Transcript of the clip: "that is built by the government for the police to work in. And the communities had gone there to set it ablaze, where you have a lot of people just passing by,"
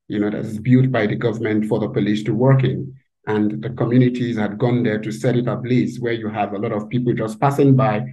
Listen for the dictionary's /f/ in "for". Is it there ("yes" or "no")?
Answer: yes